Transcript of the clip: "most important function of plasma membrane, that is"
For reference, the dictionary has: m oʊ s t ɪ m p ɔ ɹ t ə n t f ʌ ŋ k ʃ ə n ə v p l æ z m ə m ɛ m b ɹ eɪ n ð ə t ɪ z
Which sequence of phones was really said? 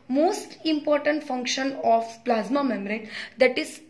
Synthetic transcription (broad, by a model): m oʊ s t ɪ m p ɔ ɹ t ə n t f ʌ ŋ k ʃ ə n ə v p l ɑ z m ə m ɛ m ɹ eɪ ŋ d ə t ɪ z